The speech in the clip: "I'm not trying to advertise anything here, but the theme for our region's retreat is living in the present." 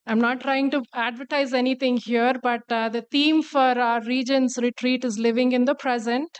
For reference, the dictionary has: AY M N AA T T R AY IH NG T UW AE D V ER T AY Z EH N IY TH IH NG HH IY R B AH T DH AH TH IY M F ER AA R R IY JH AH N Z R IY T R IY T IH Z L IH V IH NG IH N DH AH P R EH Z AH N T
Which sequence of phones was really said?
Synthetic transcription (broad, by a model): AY M N AA T T R AY IH NG T UW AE D V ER T AY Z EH N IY T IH NG HH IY R B AH T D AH T IY M F AA R R IY JH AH N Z R IY T R IY T IH Z L IH V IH NG IH N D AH P R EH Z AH N T